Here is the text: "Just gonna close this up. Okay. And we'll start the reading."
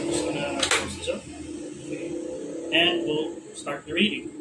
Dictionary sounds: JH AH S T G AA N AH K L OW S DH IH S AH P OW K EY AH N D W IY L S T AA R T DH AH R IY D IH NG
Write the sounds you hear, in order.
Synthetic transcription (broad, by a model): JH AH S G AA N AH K OW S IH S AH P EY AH N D W IY L S T AA R T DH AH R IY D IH NG